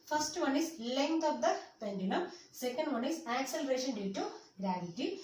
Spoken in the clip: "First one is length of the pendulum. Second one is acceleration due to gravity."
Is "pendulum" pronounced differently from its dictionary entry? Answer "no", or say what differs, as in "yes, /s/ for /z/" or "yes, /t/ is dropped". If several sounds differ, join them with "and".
yes, /n/ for /l/